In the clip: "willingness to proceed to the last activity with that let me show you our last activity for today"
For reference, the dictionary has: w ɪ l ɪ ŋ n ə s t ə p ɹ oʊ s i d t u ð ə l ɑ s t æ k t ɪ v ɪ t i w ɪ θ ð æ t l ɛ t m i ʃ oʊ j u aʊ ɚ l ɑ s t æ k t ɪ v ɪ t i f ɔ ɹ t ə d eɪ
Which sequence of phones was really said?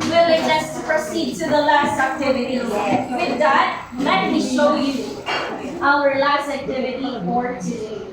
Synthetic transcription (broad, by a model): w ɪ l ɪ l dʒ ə s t p ɹ oʊ s i d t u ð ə l ɑ s t æ k t ɪ v ɪ t i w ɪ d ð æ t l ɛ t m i ʃ oʊ j u aʊ ɚ l ɑ s t æ k t ɪ v ɪ t i p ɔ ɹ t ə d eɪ